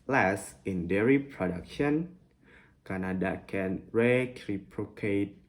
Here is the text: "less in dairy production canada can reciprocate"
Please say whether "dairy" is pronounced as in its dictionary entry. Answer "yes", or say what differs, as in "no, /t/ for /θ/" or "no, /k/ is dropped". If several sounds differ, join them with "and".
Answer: yes